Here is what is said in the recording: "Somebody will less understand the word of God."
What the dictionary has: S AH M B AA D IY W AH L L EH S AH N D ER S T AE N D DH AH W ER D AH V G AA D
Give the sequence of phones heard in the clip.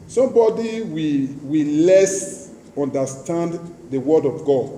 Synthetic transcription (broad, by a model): S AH M B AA D IY W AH W L EH S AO N D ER S T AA N D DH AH W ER D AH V G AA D